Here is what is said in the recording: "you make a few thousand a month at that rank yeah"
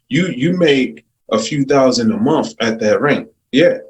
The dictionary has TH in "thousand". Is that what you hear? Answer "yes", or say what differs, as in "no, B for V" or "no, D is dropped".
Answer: yes